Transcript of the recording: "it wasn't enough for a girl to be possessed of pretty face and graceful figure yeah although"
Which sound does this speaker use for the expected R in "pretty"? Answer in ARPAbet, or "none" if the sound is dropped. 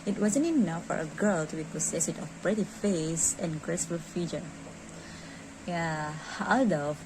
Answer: R